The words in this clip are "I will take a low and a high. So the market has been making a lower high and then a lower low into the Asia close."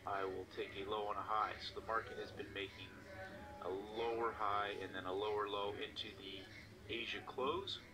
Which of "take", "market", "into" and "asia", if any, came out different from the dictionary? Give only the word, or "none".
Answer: none